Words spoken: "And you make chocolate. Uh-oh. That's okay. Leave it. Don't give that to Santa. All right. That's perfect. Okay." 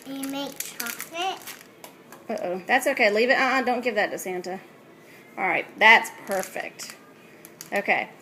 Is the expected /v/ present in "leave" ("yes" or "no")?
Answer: yes